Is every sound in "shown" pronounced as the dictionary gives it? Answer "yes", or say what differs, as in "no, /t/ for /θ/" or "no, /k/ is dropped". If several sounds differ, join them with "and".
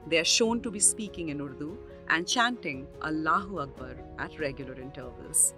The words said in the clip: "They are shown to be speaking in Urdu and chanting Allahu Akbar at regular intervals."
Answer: yes